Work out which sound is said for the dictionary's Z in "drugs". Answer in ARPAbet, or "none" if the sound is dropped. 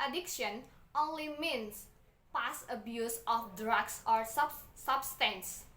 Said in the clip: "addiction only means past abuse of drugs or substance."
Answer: S